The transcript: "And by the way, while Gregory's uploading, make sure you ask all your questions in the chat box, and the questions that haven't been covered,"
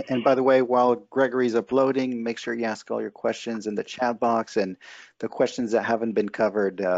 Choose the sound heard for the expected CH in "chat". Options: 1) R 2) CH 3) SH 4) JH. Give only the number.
2